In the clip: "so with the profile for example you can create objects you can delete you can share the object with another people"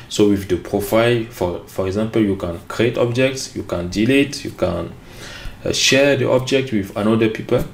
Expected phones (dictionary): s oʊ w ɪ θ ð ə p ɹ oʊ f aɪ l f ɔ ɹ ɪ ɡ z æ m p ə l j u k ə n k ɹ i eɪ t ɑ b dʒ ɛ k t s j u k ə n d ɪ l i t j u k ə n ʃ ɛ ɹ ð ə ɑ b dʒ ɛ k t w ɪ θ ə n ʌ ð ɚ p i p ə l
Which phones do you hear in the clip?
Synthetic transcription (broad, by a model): s oʊ w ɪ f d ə p ɹ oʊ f aɪ l f ɔ ɹ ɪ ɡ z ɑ m p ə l j u k ə n k ɹ i eɪ t ɑ b dʒ ɛ k t s j u k ə n d ɪ l i t j u k ə n ʃ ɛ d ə ɑ b dʒ ɛ k t w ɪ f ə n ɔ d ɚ p i p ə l